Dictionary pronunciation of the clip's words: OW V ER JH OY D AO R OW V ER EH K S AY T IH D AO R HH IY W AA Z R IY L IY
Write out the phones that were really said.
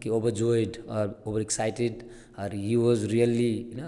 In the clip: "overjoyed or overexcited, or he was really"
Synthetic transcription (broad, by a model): OW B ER JH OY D AO R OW B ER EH K S AY T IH D AO R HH IY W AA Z R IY L IY